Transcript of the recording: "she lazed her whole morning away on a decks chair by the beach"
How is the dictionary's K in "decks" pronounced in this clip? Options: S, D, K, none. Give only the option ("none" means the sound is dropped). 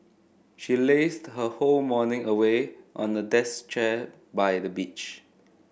none